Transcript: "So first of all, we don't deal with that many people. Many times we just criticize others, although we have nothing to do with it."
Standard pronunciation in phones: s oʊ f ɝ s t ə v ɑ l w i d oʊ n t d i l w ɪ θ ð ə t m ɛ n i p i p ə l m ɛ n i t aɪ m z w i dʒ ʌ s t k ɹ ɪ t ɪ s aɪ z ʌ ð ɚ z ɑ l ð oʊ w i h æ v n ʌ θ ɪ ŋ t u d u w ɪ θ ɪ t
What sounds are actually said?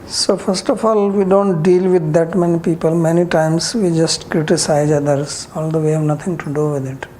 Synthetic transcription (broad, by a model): s oʊ f ɝ s t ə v ɑ l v i d oʊ n t d i l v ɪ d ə t m ɛ n i p i p ə l m ɛ n i t aɪ m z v i dʒ ʌ s t k ɹ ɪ t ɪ s aɪ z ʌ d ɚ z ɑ l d oʊ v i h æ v n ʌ t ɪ ŋ t u d u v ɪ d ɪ t